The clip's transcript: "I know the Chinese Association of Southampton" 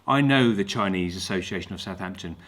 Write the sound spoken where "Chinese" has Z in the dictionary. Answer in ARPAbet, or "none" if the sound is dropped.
Z